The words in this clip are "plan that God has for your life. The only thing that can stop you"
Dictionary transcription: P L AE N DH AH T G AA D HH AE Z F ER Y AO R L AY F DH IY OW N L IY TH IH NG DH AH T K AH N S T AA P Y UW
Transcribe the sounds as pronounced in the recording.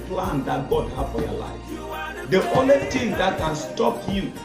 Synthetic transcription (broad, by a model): P L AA N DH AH T G AA D HH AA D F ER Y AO L AY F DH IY OW N L IY T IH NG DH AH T K AH N S T AA P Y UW